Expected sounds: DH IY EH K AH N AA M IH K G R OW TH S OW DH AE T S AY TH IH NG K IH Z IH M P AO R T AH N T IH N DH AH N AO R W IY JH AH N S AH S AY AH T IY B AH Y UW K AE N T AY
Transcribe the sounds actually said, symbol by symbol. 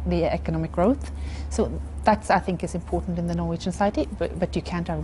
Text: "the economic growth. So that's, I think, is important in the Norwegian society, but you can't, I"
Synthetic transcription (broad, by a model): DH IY EH K AH N AA M IH K G R OW TH S OW DH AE T S AY TH IH NG K IH Z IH M P AO R T N T IH N DH AH N AO R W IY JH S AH S AY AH T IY B AH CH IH K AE N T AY